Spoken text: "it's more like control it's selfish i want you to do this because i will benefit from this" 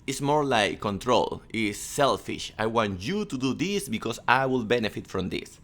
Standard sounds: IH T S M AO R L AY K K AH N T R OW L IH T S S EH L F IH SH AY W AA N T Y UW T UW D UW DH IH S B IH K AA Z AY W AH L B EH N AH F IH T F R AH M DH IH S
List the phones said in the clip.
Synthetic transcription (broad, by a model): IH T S M AO R L AY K K AH N T R OW L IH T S S EH L F IH SH AY W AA N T Y UW T UW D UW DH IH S B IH K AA S AY W AH L B EH N AH F IH T F R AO M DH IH S